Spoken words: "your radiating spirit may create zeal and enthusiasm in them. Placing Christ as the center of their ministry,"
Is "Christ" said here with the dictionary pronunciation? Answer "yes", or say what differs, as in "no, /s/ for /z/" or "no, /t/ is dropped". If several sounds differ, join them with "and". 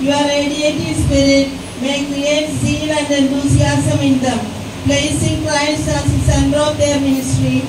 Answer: no, /l/ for /ɹ/